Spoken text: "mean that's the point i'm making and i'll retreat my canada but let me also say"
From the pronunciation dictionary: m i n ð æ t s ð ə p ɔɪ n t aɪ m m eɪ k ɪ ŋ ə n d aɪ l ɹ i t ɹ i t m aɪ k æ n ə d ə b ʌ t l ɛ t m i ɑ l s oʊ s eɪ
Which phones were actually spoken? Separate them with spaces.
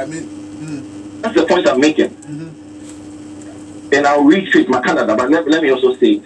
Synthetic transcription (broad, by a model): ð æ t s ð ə p ɔɪ n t aɪ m m eɪ k ɪ ŋ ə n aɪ w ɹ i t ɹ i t m aɪ k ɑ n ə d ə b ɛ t l ɛ t m i ɑ l s oʊ s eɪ